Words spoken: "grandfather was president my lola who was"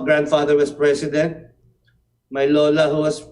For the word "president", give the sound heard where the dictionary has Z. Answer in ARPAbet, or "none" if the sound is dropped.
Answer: S